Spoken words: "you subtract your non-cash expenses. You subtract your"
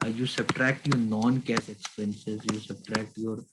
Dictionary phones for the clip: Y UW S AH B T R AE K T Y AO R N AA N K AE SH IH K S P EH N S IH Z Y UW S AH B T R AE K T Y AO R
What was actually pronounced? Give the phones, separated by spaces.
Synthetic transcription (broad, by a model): Y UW S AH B T R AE K T Y AO R N AA N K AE S IH K S P EH N S IH Z Y UW S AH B T R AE K T Y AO R